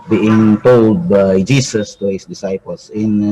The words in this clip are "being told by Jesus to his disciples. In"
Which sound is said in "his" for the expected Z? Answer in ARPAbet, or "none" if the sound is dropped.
S